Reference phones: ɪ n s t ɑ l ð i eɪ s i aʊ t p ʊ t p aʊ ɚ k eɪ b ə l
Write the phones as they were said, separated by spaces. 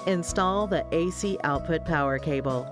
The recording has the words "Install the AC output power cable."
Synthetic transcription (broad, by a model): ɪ n s t ɑ l ð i eɪ s i aʊ t p ʊ t p aʊ ɚ k eɪ b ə l